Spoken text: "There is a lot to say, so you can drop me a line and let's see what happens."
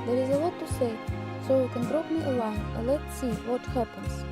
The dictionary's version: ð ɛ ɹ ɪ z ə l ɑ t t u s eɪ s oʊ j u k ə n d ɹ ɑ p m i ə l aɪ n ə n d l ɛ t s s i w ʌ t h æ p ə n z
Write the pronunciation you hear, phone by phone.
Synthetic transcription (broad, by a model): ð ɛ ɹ ɪ z ə w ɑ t t u s eɪ s oʊ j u k ə n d ɹ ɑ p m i ə w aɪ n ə l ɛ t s s i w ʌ t h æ p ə n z